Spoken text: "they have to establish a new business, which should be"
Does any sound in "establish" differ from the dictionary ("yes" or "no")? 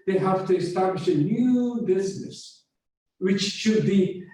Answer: no